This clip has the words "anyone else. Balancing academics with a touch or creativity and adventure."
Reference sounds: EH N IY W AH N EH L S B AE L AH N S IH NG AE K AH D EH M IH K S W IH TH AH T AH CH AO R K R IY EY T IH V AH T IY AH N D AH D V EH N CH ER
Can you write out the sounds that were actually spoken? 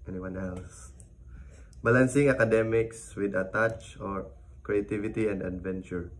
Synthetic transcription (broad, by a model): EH N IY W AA N EH L S B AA L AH N S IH NG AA K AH D EH M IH K S W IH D AH T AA CH AO R K R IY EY T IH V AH T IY AH N D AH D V EH N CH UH